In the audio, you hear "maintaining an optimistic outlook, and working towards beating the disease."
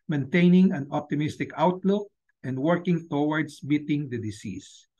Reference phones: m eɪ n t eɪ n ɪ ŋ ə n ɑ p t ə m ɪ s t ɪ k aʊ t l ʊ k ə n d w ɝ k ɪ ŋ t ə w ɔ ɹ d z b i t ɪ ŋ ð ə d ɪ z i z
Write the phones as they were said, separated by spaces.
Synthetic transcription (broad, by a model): m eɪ n t eɪ n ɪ ŋ ə n ɑ p t ə m ɪ s t ɪ k aʊ t l ʊ k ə n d w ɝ k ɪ ŋ t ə w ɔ ɹ d s b i t ɪ ŋ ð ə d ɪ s i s